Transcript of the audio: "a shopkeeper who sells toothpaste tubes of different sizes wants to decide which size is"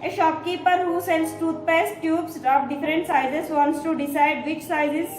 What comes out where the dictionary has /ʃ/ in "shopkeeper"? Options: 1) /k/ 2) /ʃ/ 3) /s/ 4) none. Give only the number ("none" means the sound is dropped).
2